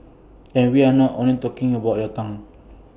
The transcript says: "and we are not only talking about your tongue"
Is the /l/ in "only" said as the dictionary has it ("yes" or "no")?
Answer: no